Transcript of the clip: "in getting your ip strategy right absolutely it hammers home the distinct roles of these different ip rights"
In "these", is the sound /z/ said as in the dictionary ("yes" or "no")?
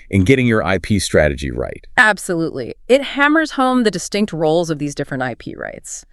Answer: yes